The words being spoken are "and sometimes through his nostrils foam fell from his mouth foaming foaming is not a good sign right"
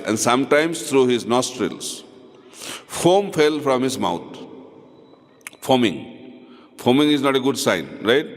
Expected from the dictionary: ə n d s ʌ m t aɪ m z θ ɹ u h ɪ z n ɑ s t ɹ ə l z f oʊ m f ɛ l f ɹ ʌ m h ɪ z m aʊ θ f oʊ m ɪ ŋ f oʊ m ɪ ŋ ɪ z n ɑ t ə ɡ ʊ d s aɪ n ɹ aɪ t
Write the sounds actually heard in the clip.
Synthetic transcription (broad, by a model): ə n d s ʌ m t aɪ m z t ɹ u h ɪ z n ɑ s t ɹ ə l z f oʊ m f ɛ l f ɹ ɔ m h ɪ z m aʊ t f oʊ m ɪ ŋ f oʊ m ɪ ŋ ɪ z n ɑ t ə ɡ ʊ d s aɪ n ɹ aɪ t